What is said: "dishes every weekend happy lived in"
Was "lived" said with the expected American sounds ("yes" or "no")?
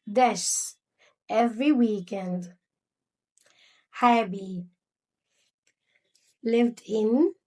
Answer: yes